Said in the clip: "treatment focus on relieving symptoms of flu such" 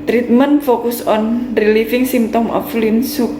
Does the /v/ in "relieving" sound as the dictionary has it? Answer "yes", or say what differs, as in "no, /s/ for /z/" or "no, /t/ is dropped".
no, /f/ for /v/